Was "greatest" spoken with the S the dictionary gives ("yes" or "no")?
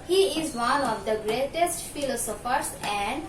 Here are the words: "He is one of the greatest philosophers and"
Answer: yes